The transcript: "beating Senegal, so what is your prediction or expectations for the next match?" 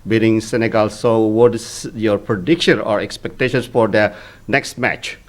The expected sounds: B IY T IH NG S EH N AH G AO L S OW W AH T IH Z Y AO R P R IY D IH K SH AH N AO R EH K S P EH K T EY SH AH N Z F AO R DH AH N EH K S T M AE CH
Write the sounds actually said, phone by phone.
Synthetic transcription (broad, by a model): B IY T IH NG S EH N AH G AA L S OW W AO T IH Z Y AO R P R IY D IH K SH AH N AO R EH K S P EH K T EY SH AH N S F AO R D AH N EH K S T M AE CH